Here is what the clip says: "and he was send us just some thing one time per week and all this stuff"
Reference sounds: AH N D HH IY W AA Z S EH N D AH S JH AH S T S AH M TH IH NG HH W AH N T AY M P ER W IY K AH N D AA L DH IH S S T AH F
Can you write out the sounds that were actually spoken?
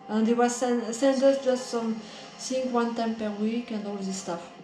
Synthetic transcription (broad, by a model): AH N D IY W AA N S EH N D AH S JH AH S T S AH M S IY NG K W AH N T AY M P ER W IY K AH N D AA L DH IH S S T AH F